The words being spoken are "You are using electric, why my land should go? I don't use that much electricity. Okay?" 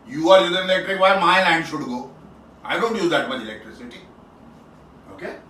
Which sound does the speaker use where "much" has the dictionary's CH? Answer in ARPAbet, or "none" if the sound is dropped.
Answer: none